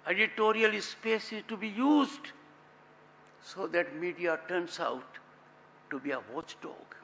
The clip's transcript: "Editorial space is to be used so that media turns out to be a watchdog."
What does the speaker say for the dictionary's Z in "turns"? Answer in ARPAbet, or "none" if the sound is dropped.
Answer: S